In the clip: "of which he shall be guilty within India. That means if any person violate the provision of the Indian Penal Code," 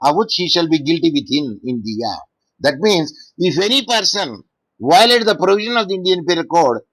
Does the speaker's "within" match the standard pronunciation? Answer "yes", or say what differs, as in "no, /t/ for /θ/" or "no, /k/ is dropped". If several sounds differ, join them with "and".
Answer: no, /t/ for /θ/